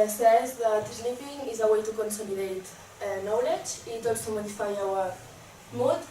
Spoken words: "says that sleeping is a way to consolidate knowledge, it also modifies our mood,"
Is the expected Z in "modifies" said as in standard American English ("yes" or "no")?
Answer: no